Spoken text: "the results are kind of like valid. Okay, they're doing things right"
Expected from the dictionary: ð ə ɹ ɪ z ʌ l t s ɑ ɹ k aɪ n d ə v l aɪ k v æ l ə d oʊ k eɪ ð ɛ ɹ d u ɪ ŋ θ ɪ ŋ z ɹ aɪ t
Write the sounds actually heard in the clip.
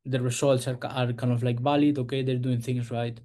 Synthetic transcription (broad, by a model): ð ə ɹ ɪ s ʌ l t s ɑ ɹ k aɪ n d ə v l aɪ k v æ l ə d oʊ k eɪ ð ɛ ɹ d u ɪ ŋ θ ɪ ŋ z ɹ aɪ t